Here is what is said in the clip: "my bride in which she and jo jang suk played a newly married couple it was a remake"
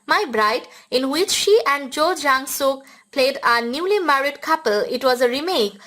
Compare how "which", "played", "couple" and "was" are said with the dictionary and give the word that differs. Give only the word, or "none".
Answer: none